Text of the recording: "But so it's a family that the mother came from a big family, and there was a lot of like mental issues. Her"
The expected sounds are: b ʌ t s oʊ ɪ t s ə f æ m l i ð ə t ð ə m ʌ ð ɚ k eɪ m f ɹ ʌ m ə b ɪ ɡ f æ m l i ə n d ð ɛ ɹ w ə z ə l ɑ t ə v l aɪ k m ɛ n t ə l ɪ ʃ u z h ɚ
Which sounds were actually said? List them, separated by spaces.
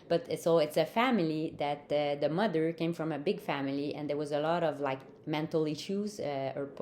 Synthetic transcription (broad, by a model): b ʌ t s oʊ ɪ t s ə f æ m l i ð ə t ð ə m ʌ ð ɚ k eɪ m f ɹ ʌ m ə b ɪ ɡ f æ m l i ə n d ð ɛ ɹ w ə z ə l ɑ t ə v l aɪ k m ɛ n t l ɪ ʃ u z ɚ